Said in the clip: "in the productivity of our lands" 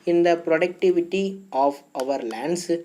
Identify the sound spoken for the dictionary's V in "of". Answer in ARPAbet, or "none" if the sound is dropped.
V